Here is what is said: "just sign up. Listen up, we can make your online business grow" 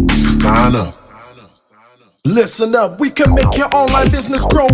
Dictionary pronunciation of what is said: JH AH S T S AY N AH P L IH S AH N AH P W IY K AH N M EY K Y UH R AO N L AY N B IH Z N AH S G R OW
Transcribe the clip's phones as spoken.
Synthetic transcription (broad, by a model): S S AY L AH L IH S AH N AH P W IY K AH N M EY K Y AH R AO N L AY N B IH Z N AH S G R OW